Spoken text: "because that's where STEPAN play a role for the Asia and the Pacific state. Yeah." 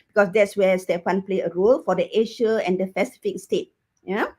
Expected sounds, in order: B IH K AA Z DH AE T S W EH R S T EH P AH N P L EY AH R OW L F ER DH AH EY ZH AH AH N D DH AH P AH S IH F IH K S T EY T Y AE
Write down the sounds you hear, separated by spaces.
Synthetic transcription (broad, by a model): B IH K AA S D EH T S W EH S T EH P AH N P L EY AH R OW L F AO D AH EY SH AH AH N D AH F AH S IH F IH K S T EY T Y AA